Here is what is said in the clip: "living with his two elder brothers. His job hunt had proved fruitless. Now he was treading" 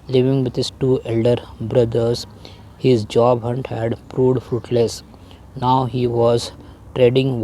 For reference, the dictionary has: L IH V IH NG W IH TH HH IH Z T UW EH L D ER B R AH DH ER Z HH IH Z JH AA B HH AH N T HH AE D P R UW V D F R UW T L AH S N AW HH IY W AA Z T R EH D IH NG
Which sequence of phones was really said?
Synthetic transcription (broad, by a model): L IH V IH NG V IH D HH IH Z T UW EH L D ER B R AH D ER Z HH IH Z JH AA B HH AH N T HH AE D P R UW D F R UW T L AH S N AW HH IY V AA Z T R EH D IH NG